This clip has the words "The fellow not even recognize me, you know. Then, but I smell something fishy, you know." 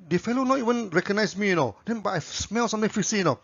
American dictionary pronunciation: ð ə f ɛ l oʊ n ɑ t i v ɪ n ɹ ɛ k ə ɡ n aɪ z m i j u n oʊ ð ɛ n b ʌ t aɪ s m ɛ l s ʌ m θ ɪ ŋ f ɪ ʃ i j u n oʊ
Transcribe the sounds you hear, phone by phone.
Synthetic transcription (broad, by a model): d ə f ɛ l oʊ n ɑ t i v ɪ n ɹ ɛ k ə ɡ n aɪ s m i j u n oʊ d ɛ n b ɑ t aɪ s m ɛ l s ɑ m t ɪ ŋ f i s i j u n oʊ